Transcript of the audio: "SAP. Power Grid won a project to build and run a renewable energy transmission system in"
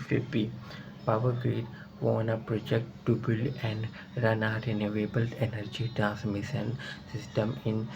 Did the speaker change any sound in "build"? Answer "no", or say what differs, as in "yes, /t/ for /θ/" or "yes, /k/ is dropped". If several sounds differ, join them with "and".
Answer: yes, /d/ is dropped